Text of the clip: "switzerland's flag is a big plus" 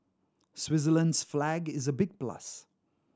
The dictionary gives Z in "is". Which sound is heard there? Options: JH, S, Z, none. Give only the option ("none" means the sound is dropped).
Z